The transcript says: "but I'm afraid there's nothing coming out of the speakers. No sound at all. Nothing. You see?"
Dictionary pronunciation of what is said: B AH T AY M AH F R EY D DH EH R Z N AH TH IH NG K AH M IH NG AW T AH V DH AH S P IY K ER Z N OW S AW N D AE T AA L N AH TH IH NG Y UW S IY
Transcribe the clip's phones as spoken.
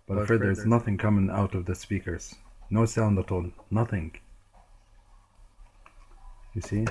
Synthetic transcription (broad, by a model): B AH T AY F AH R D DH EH R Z N AH TH IH NG K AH M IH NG AW T AH V DH AH S P IY K ER Z N OW S AW N D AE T AA L N AH TH IH NG Y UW S IY